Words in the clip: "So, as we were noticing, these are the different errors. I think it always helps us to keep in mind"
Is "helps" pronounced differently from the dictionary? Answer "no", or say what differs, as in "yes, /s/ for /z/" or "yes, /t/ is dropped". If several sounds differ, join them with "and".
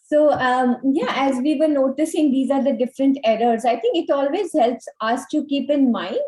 no